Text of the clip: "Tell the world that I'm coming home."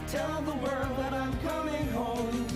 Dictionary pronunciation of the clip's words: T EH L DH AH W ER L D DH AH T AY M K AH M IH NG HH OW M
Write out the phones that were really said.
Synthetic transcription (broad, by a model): T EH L DH AH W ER D DH AH T AY M K AH M IH NG HH OW M